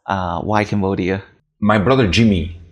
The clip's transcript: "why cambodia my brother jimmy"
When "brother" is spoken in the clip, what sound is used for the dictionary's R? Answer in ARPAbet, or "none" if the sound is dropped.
R